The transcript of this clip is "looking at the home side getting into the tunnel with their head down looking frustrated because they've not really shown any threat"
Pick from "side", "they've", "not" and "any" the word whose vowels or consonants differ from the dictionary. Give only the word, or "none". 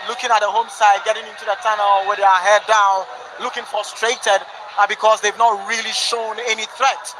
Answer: none